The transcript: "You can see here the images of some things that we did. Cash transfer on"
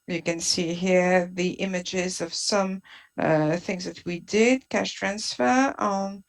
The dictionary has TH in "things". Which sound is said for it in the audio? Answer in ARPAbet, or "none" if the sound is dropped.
TH